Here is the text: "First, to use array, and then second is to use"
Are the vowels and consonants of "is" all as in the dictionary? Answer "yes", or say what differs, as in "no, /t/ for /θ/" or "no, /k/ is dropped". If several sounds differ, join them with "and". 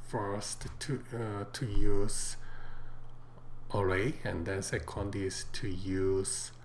no, /s/ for /z/